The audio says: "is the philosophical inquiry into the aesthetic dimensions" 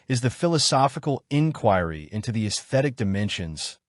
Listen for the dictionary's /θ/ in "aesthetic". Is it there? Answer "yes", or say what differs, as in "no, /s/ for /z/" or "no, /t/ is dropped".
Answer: yes